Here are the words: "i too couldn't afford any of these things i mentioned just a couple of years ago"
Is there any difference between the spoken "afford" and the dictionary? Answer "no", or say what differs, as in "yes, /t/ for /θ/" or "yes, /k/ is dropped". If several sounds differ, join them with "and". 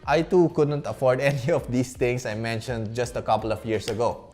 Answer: no